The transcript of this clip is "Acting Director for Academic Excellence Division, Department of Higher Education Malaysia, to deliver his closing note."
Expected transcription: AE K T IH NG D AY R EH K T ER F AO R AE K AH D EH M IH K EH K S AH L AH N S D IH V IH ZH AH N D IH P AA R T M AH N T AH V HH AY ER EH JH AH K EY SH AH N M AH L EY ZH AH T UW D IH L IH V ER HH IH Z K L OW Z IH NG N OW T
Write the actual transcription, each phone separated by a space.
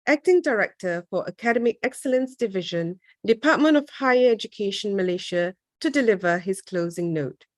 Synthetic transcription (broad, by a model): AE K T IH NG D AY R EH K T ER F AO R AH K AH D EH M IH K EH K S AH L AH N S D IH V IH ZH AH N D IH P AA T M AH N T AH V HH AY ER EH JH AH K EY SH AH N M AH L EY SH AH T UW D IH L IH V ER HH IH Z K L OW Z IH NG N OW T